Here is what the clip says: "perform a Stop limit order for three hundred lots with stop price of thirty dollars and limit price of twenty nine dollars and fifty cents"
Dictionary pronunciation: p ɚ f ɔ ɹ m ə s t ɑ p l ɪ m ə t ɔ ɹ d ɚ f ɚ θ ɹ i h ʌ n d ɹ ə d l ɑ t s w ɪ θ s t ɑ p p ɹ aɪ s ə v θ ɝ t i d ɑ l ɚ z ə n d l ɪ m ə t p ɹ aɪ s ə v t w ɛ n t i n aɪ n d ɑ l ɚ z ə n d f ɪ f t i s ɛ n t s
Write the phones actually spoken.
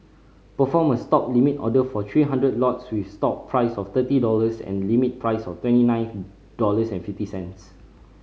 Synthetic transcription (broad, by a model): p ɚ f ɔ m ə s t ɑ p l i m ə t ɔ d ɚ f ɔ t ɹ i h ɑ n d ɹ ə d l ɑ t s w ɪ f s t ɑ p p ɹ aɪ s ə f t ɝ t i d ɑ l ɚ s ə n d l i m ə t p ɹ aɪ s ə f t w ɛ n t i n aɪ n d ɑ l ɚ s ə n f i f t i s ɛ n t s